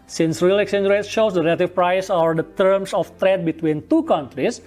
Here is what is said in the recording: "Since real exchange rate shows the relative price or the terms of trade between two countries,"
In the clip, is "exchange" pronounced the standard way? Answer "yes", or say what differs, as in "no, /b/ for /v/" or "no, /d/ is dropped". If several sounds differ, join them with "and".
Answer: no, /tʃ/ is dropped